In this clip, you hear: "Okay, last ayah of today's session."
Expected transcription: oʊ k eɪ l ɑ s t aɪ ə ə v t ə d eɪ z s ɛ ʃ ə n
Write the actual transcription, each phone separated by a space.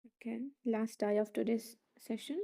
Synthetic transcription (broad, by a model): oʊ k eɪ l ɑ s t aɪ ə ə f t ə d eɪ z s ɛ ʃ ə n